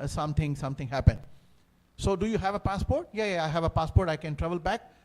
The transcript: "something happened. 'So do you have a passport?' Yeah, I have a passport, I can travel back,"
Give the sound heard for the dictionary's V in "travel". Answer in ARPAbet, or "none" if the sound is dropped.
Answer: V